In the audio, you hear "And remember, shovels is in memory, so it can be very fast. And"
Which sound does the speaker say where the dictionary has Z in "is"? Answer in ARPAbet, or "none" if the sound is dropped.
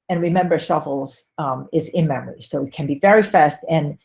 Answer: Z